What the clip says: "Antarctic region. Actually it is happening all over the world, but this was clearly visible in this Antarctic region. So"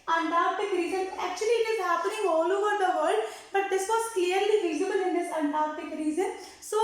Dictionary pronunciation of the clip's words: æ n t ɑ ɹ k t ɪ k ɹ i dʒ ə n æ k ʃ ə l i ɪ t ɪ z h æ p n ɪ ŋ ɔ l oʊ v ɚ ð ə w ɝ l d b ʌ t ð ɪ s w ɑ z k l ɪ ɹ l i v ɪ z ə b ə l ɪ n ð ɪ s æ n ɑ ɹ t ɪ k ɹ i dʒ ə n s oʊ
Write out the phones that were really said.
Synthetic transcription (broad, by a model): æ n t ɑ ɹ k t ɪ k ɹ i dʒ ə n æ k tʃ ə l i ɪ t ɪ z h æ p l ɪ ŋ ɔ l oʊ v ɚ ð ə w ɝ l d b ʌ t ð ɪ s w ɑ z k l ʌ ɹ l i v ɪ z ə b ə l ɪ n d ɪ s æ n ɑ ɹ t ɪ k ɹ i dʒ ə n s oʊ